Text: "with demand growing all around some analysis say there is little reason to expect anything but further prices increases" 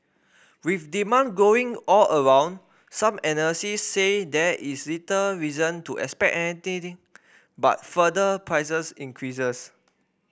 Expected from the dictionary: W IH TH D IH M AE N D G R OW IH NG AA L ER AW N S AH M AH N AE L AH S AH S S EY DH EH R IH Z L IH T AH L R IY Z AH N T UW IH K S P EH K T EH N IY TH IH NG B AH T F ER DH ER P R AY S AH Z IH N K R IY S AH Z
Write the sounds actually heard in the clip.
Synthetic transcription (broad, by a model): W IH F D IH M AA N G OW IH NG AA L ER AW N S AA M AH N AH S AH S S EY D EH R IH S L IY T AH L R IY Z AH N T UW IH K S P EH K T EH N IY T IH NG B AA T F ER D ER P R AY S AH S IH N K R IY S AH S